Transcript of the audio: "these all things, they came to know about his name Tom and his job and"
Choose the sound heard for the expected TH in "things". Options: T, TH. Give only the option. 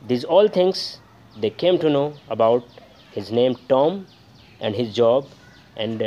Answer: T